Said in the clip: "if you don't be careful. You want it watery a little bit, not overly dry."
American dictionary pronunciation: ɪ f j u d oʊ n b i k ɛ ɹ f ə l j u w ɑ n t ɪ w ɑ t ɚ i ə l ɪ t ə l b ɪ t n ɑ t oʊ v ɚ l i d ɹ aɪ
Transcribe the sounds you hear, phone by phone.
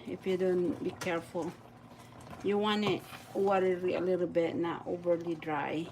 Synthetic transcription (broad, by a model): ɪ f j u d oʊ n b i k ɛ ɹ f ə l j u w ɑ n ɪ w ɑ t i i ə l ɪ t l b ɪ t n ɑ t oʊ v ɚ l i d ɹ aɪ